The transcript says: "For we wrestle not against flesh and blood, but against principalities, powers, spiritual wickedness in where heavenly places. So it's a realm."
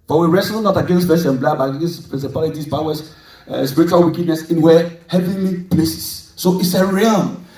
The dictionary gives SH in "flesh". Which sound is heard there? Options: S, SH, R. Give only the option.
S